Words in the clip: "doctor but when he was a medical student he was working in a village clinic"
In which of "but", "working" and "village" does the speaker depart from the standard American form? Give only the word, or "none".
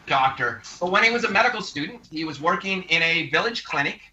none